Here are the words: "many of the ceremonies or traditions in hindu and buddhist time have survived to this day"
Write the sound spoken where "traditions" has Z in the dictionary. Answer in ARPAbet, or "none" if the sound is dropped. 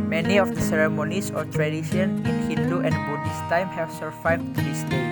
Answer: none